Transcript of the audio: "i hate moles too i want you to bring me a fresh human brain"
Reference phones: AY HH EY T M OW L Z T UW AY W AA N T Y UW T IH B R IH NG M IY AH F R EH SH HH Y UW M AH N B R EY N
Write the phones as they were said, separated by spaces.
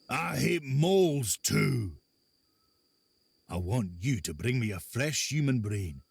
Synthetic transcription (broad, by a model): AY HH EY T M OW L Z T UW AY W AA N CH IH T IH B R IH NG M IY AH F R EH SH HH Y UW M AH N B R EY N